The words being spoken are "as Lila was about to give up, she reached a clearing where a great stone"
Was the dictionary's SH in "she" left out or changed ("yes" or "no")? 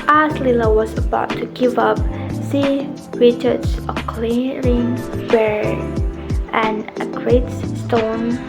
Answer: yes